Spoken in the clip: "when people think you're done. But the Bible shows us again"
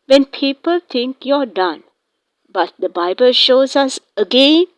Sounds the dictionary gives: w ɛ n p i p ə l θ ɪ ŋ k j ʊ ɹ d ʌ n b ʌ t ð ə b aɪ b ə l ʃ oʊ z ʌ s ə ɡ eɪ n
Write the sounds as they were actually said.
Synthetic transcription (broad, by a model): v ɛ n p i p ə l t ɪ ŋ k j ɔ d ʌ n b ʌ t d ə b aɪ b ə l ʃ oʊ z ʌ s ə ɡ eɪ n